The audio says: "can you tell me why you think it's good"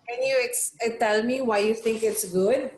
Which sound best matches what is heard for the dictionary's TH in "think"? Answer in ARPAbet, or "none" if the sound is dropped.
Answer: T